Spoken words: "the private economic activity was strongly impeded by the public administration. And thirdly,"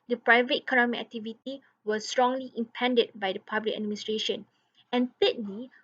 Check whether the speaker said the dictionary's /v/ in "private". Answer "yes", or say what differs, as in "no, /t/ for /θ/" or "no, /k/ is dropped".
yes